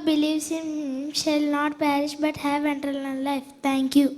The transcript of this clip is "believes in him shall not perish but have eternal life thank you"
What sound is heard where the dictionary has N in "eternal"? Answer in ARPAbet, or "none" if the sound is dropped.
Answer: L